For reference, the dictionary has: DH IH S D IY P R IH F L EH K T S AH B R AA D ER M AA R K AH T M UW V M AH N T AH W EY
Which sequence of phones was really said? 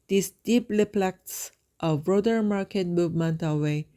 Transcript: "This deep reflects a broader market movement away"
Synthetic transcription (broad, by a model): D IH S D IY P L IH P L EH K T S AH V R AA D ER M AA R K AH T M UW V M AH N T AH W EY